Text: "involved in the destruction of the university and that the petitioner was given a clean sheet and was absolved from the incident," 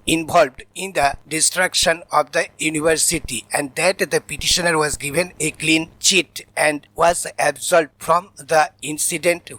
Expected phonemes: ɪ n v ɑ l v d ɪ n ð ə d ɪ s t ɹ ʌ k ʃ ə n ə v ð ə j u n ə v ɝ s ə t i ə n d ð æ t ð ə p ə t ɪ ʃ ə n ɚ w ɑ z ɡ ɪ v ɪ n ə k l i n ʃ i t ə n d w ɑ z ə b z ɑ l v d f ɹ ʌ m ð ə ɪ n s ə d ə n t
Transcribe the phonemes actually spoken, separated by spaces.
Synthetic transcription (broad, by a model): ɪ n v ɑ l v d ɪ n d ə d ɪ s t ɹ ʌ k ʃ ə n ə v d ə j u n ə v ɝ s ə t i ə n d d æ t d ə p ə t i ʃ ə n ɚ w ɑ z ɡ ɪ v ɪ n ə k l i n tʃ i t ə n d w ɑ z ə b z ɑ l d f ɹ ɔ m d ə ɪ n s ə d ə n t